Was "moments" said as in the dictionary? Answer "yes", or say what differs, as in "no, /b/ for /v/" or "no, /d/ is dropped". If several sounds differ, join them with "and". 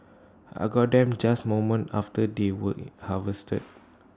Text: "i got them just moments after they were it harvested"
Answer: no, /s/ is dropped